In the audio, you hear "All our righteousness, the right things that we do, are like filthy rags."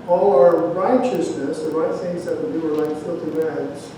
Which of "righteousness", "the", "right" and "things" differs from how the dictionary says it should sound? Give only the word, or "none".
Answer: none